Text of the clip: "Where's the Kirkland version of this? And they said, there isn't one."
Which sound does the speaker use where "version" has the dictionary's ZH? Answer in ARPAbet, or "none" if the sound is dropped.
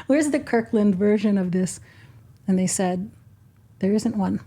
ZH